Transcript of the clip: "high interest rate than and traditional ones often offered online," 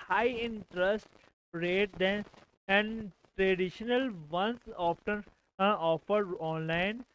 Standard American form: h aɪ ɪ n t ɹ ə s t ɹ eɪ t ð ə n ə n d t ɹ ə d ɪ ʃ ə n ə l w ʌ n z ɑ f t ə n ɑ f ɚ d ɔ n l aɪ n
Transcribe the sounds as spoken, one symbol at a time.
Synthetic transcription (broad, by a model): h aɪ ɪ n t ɹ ə s t ɹ eɪ t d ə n ə n d t ɹ ə d ɪ ʃ ə n ə l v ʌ n s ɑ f t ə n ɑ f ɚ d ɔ n l aɪ n